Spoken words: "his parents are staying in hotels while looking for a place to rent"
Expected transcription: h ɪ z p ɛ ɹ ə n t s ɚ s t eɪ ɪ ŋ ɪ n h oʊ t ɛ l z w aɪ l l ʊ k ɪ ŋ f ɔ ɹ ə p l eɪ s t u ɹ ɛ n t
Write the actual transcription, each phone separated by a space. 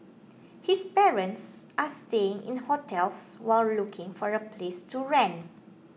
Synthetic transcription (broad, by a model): h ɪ s p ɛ ɹ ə n t s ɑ s t eɪ ɪ ŋ ɪ n h oʊ t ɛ l s w aɪ l l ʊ k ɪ ŋ f ɔ ɹ ə p l eɪ s t u ɹ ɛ n